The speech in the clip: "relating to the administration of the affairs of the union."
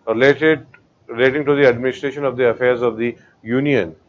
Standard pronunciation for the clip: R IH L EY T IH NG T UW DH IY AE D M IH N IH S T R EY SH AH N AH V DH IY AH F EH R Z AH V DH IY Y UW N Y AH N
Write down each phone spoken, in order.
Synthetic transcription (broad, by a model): R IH L EY T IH NG T UW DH IY AE D M IH N IH S T R EY SH AH N AH V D IY AH F EH R Z AH V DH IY Y UW N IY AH N